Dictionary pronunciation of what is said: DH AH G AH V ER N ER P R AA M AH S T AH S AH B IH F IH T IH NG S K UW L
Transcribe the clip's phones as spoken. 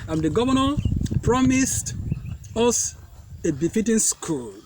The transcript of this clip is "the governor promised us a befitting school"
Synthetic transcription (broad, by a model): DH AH G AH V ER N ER P R AA M AH S T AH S AH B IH F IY T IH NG S K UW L